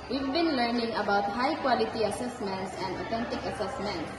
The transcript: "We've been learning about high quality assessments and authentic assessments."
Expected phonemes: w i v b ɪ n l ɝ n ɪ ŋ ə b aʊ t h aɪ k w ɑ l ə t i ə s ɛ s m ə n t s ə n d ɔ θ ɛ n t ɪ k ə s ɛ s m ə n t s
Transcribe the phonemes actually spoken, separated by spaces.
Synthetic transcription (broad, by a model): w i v b ɪ n l ɝ n ɪ ŋ ə b aʊ t h aɪ k w ɑ l ə t i ə s ɛ s m ə n t s ə n d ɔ t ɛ n t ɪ k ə s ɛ s m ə n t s